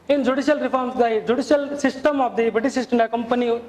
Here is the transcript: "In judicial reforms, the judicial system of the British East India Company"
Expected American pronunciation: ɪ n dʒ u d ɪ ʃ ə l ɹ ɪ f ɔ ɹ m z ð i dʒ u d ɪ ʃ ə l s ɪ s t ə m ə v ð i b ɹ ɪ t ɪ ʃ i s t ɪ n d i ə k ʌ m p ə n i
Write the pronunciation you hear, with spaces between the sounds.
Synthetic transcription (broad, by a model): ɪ n dʒ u d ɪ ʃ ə l ɹ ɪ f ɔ ɹ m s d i dʒ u d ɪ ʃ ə l s ɪ s t ə m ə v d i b ɪ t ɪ s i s t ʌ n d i k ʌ m p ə n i